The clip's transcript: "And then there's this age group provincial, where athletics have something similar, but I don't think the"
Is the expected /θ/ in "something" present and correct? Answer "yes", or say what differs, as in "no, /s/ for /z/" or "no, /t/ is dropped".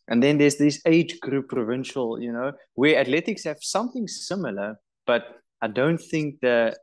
yes